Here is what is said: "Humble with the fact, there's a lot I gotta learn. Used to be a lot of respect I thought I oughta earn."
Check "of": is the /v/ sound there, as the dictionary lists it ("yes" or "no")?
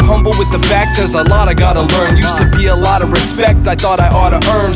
yes